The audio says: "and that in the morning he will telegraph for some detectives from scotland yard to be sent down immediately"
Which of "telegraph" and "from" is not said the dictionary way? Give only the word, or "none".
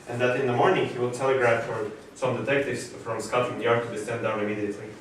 none